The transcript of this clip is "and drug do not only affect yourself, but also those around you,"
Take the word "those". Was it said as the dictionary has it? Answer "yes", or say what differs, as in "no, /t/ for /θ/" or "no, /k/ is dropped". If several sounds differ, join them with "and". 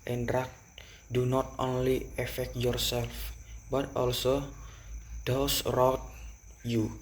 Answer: no, /s/ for /z/